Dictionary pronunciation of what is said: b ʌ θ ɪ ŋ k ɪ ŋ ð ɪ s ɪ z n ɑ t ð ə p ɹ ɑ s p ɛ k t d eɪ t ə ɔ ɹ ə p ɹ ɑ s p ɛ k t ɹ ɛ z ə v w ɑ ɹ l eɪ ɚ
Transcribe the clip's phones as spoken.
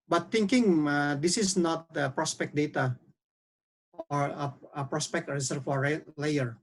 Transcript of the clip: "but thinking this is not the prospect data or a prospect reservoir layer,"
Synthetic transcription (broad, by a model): b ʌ t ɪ ŋ k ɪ ŋ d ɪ s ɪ s n ɑ t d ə p ɹ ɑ s p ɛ k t d eɪ t ə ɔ ɹ ə p ɹ ɑ s p ɛ k t ɹ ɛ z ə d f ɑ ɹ l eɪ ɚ